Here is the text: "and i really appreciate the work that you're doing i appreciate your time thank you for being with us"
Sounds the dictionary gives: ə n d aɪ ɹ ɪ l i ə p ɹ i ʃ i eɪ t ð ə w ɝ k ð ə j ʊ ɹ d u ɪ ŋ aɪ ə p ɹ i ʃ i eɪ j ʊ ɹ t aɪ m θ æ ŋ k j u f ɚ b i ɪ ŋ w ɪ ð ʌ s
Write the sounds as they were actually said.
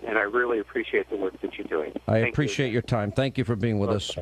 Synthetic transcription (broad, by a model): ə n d aɪ ɹ ɪ l i ə p ɹ i ʃ i eɪ t ð ə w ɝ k ð ə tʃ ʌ ɹ d u ɪ ŋ aɪ ə p ɹ i ʃ i eɪ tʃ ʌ ɹ t aɪ m θ æ ŋ k j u f ɚ b i ɪ ŋ w ɪ ð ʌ s